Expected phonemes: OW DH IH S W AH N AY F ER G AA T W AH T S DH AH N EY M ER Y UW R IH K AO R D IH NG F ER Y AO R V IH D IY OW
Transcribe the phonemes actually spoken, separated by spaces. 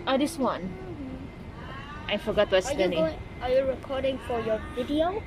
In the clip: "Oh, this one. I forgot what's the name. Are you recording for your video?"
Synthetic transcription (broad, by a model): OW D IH S W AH N AY F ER G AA T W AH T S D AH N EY AA Y UW R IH K AO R D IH NG F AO Y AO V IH D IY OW